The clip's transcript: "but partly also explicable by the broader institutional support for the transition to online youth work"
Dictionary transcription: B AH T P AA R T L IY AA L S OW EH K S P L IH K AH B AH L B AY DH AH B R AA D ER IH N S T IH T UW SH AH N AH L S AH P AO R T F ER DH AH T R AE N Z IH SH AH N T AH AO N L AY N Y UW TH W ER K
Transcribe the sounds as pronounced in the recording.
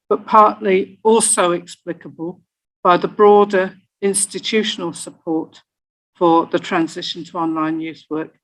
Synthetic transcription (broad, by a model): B AH T P AA R T L IY AA L S OW EH K S P L IH K AH B AH L B AY DH AH B R AA D ER IH N S T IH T UW SH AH N AH L S AH P AO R T F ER DH AH T R AE N Z IH SH AH N T AH AO N L AY N Y UW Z W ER K